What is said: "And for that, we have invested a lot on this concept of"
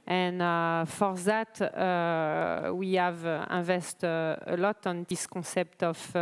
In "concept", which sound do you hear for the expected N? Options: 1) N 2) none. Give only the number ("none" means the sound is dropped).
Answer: 2